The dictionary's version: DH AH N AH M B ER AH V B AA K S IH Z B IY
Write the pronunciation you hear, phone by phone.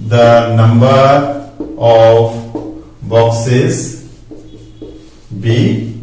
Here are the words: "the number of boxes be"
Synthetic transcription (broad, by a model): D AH N AH M B ER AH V B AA K S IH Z B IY